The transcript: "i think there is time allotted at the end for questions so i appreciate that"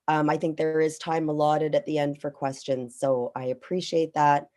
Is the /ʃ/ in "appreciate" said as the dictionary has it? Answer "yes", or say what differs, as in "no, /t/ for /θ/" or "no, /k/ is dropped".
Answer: yes